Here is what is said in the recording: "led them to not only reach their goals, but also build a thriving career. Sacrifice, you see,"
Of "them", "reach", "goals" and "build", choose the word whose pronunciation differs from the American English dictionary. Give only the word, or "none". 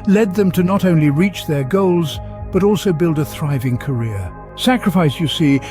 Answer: none